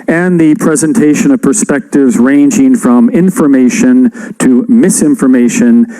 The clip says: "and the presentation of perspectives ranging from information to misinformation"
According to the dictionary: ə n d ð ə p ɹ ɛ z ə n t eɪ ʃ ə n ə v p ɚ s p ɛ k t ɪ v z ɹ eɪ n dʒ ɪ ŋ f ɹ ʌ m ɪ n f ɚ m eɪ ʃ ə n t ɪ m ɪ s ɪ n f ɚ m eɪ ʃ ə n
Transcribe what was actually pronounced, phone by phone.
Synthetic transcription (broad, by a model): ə n ð ə p ɹ ɛ z ə n t eɪ ʃ ə n ə v p ɚ s p ɛ k t ɪ v z ɹ eɪ n dʒ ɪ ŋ f ɹ ʌ m ɪ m f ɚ m eɪ ʃ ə n t ɪ m ɪ s ɪ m f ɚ m eɪ ʃ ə n